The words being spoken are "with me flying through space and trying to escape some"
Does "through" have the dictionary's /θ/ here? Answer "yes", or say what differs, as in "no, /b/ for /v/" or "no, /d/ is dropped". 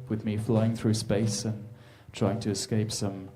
yes